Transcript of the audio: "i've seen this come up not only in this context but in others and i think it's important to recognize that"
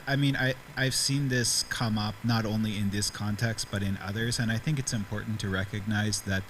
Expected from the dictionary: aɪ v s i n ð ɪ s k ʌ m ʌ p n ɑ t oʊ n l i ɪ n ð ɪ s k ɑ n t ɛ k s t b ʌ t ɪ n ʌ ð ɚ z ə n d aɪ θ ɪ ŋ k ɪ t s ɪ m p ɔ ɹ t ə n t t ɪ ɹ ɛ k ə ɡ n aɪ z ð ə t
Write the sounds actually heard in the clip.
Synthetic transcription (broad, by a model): aɪ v s i n ð ɪ s k ʌ m ʌ p n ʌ t oʊ n l i ɪ n ð ɪ s k ɑ n t ɛ k s t b ʌ t ɪ n ʌ ð ɚ z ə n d aɪ θ ɪ ŋ k ɪ t s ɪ m p ɔ ɹ t n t t ɪ ɹ ɛ k ə ɡ n aɪ z ð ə t